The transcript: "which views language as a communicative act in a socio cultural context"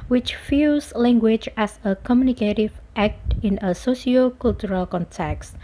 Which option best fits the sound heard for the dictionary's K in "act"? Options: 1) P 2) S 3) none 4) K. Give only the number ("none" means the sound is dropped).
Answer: 4